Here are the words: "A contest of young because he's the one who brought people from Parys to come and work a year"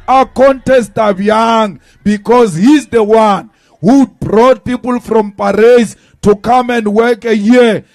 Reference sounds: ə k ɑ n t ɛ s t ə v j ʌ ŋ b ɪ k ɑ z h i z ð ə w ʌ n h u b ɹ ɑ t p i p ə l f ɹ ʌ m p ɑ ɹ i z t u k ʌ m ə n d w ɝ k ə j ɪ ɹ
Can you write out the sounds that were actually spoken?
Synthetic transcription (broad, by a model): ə k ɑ n t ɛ s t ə b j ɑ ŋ b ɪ k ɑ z h i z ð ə w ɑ n h u b ɹ ɑ t p i p ə l f ɹ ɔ m p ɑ ɹ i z t u k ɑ m ə n d w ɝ k ə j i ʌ